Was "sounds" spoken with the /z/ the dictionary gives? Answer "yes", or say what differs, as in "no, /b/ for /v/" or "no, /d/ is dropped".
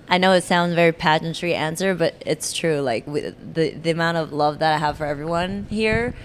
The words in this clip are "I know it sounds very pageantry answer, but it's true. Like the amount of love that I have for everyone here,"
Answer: yes